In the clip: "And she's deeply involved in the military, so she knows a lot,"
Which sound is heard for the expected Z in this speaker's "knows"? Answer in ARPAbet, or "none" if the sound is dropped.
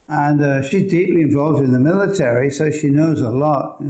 Z